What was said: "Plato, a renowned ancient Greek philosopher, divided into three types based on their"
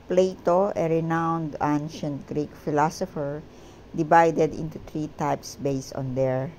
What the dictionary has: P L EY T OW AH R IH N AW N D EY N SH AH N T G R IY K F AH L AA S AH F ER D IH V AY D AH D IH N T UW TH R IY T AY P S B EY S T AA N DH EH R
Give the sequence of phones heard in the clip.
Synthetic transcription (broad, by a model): P L EY T OW AH R IH N AW N D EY N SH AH N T G R IY K F AH L AA S AH F ER D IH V AY D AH D IH N T UW T R IY T AY P S B EY S AA N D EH R